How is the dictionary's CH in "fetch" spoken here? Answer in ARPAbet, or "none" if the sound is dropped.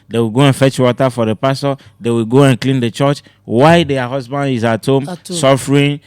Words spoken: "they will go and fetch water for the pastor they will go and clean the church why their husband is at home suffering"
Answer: CH